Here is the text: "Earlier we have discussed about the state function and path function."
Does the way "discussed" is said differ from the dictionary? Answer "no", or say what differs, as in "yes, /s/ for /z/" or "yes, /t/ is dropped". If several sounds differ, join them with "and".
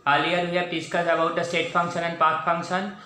yes, /t/ is dropped